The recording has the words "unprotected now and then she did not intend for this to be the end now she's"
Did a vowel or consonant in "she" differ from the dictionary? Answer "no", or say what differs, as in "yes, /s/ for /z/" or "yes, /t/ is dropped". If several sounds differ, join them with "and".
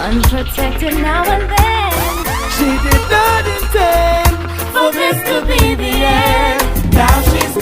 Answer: no